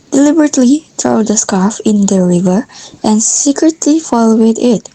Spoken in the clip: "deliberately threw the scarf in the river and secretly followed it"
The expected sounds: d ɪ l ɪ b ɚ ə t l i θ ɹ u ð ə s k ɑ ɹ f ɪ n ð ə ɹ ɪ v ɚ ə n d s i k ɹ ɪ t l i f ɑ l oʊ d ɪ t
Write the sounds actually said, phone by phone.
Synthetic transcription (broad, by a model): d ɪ l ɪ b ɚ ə t l i t ɹ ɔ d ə s k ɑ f ɪ n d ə ɹ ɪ v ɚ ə n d s i k ɹ ɪ t l i f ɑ l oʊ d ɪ t